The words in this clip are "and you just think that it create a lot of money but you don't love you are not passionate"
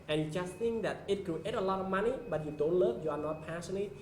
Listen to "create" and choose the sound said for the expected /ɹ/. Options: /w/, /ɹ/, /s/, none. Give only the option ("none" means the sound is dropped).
none